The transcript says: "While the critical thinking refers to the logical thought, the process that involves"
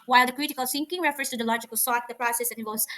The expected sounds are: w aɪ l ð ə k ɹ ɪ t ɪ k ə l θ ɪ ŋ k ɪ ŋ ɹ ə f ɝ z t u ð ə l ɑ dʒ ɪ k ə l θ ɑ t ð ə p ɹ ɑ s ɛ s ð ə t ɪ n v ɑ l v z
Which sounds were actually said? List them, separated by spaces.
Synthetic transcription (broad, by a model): w aɪ l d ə k ɹ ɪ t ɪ k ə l s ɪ ŋ k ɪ ŋ ɹ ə f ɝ s t u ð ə l ɑ dʒ ɪ k ə l s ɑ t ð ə p ɹ ɑ s ɛ s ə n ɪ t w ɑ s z